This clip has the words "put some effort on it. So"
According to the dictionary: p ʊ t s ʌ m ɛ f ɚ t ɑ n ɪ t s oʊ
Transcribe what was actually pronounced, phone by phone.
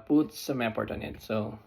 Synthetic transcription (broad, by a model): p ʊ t s ʌ m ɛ p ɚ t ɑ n ɪ t s oʊ